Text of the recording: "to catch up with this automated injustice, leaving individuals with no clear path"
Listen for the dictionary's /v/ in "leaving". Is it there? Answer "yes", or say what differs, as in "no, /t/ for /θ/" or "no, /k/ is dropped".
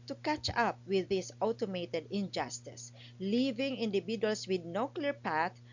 yes